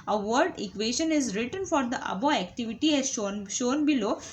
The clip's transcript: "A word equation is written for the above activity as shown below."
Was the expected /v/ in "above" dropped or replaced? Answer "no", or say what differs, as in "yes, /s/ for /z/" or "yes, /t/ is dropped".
yes, /v/ is dropped